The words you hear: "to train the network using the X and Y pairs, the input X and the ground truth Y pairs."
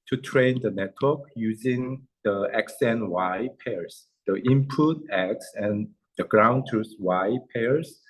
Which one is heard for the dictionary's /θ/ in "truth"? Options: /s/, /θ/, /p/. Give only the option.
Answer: /s/